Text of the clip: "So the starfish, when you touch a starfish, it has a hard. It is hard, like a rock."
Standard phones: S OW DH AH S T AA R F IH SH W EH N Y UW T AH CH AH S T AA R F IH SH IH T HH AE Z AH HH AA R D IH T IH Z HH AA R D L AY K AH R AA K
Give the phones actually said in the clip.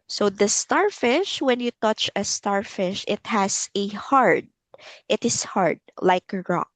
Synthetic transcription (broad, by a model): S OW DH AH S T AA R F IH SH W EH N Y UW T AH CH AH S T AA R F IH SH IH T HH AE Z AH HH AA R D IH T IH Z HH AA R D L AY K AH R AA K